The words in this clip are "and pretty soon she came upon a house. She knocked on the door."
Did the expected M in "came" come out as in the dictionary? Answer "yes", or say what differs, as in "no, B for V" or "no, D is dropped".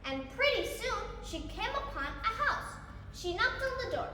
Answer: yes